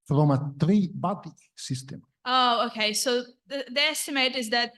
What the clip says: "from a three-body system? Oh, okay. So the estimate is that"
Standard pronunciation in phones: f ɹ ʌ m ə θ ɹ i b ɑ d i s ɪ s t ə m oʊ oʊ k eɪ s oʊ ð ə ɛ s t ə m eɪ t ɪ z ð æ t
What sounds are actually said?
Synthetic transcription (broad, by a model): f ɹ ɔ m ə t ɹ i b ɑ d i s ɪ s t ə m oʊ oʊ k eɪ s oʊ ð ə ɛ s t ə m eɪ t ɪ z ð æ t